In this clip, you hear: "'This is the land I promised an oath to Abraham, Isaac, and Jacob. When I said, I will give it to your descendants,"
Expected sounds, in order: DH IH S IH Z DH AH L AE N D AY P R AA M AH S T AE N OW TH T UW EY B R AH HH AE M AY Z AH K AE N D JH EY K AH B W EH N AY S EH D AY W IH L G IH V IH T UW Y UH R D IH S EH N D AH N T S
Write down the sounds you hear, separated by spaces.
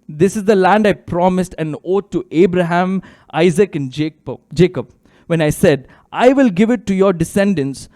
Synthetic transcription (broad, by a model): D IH S IH Z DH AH L AE N D AY P R AA M AH S T AE N OW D T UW EY B R AH HH AE M AY Z AH K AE N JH JH EY K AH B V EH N AY S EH D AY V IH L G IH V IH T UW Y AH R D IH S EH N D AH N S